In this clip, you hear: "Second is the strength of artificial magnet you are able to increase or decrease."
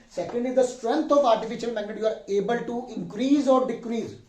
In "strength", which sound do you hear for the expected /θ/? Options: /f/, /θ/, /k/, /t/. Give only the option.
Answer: /t/